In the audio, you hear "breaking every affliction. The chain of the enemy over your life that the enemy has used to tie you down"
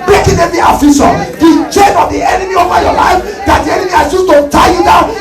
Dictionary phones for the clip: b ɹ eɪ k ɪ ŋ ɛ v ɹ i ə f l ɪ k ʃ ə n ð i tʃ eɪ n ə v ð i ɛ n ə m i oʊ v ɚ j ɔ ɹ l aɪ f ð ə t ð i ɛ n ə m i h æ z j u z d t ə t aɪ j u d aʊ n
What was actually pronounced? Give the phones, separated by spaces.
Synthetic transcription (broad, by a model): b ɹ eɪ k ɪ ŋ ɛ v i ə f ɪ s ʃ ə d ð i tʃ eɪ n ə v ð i ɛ n ə m i oʊ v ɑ j ɔ l aɪ f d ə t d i ɛ n ə m i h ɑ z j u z t ə t aɪ j u d aʊ n